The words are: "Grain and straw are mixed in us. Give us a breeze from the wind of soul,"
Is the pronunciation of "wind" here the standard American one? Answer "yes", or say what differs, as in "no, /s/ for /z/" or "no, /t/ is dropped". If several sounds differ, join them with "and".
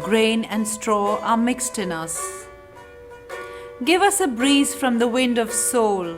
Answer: yes